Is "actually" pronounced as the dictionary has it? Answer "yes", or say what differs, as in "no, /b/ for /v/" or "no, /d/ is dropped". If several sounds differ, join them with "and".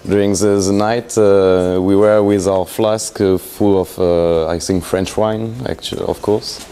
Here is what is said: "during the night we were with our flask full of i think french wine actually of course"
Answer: yes